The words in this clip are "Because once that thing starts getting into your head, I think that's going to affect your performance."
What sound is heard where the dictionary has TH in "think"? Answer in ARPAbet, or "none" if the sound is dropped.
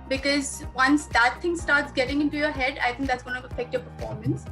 T